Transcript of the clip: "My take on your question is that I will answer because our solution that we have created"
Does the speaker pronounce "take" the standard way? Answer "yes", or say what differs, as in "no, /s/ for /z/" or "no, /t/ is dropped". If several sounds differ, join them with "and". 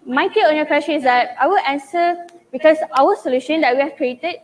no, /k/ is dropped